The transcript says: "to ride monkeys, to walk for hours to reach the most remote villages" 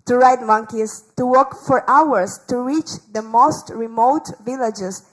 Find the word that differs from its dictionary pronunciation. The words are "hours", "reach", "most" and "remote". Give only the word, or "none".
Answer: hours